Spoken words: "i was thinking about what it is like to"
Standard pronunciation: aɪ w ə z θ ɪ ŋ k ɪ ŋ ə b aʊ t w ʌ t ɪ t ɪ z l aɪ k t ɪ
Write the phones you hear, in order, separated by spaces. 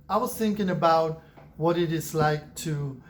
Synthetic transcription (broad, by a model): aɪ w ə z θ ɪ ŋ k ɪ ŋ ə b aʊ t w ʌ t ɪ t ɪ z l aɪ k t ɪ